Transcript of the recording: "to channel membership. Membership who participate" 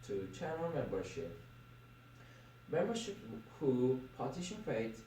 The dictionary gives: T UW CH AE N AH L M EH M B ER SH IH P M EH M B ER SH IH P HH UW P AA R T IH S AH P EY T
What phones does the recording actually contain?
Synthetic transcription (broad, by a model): T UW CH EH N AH N M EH M B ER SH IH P M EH M B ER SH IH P HH UW P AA T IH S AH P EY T